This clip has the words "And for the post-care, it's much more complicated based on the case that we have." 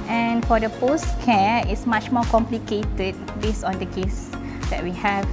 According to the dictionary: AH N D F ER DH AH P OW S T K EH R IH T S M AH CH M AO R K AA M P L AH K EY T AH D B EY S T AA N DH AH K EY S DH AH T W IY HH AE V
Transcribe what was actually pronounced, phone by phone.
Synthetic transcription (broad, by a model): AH N F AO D AH P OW S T K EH IH T S M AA CH M AO K AA M P L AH K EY T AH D B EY S AA N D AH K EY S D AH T W IY HH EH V